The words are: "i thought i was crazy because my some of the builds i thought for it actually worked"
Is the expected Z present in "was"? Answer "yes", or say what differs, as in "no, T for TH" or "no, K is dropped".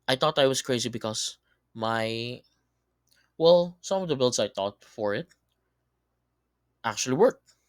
no, S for Z